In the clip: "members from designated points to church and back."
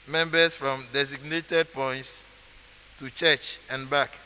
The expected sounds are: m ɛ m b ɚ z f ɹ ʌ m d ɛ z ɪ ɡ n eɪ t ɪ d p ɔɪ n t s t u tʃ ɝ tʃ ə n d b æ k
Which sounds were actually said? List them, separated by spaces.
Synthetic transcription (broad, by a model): m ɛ m b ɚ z f ɹ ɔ m d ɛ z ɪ ɡ n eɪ t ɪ d p ɔɪ n t s t u tʃ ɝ tʃ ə n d b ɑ k